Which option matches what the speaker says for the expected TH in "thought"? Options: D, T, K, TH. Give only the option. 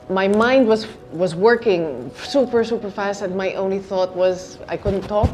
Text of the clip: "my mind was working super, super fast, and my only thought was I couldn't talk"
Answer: TH